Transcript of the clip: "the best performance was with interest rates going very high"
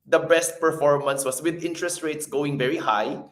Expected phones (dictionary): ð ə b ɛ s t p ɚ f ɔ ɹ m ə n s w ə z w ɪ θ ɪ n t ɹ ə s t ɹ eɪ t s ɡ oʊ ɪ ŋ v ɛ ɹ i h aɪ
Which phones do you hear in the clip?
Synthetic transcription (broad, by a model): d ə b ɛ s t p ɚ f ɔ ɹ m ə n s w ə s w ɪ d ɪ n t ɹ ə s t ɹ eɪ t s ɡ oʊ ɪ ŋ v ɛ ɹ i h aɪ